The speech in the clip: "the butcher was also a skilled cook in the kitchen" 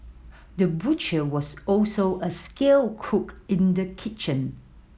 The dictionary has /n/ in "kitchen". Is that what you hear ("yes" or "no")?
yes